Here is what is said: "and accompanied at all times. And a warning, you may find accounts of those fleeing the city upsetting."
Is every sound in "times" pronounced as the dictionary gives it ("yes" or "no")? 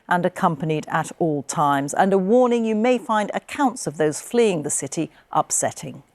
yes